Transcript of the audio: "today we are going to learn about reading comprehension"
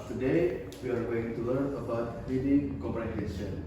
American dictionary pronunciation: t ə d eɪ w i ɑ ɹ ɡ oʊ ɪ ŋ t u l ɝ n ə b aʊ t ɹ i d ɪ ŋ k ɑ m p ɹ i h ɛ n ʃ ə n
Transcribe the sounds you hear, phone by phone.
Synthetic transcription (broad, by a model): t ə d eɪ w i ɑ ɹ ɡ oʊ ɪ ŋ t u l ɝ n ə b aʊ t w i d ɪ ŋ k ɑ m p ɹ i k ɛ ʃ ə n